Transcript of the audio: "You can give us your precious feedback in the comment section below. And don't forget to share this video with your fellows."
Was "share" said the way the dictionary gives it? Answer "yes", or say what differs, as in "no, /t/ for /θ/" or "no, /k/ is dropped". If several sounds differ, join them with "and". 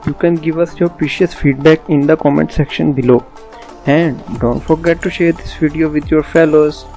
yes